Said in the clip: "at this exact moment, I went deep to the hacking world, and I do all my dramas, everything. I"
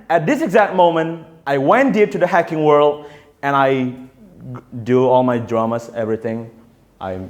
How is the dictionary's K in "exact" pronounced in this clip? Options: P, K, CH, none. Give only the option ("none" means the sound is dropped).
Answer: K